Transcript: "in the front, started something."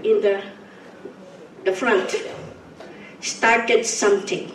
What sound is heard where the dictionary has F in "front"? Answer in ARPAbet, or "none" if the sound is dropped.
F